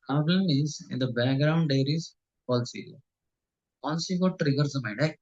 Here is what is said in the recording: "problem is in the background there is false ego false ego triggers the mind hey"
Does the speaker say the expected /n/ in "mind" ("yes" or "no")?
no